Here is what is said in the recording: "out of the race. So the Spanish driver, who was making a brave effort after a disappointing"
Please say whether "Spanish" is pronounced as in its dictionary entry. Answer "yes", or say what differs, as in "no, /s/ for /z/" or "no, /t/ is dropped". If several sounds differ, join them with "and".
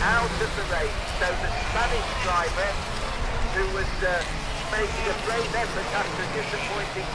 no, /p/ is dropped